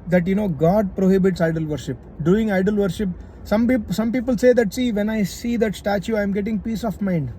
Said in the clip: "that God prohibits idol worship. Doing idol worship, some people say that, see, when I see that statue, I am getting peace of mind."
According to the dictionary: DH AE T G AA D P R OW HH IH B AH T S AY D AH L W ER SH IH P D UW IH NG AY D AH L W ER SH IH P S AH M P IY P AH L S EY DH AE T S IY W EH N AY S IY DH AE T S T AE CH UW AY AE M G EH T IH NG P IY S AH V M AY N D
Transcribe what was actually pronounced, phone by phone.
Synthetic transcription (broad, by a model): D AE T G AA D P R OW HH IH B AH T S AY D AH L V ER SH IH P D UW IH NG AY D AH L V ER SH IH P S AH M P IY P AH L S EY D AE T S IY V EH N AY S IY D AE T S T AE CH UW AY M G EH T IH NG P IY S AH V M AY N D